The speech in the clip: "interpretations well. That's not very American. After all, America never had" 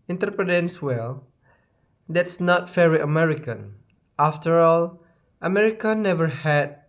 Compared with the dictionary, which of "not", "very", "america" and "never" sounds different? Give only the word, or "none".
very